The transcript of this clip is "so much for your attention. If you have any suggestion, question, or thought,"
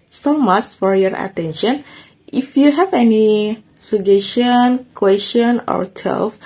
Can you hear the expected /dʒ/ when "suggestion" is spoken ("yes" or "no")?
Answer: no